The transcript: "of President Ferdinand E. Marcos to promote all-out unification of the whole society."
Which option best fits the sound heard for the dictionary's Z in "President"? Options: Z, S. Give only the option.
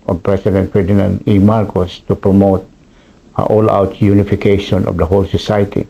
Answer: S